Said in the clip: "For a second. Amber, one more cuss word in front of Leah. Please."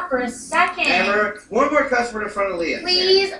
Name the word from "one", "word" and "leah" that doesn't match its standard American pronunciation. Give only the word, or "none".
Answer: word